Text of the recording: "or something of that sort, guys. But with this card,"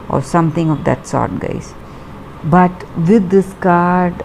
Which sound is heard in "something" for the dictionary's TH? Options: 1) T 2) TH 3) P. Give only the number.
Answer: 1